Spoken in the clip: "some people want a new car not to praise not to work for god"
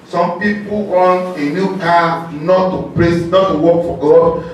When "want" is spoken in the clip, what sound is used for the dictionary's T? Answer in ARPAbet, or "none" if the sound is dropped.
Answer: none